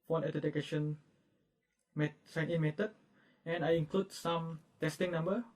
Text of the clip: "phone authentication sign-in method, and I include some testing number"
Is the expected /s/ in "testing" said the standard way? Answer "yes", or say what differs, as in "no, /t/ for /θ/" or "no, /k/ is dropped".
yes